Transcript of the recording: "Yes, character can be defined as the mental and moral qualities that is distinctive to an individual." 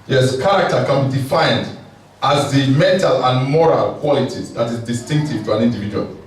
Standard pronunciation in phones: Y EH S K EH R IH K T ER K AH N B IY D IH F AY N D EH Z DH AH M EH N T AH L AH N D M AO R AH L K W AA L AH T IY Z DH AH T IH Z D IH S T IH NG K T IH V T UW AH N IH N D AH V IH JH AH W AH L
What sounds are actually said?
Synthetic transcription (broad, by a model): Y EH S K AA R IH K T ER K AH N B IY D IH F AY N D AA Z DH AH M EH N T AH L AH N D M AO R AH L K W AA L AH T IY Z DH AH T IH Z D IH S T IH NG K T IH V T UW AH N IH N D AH V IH JH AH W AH L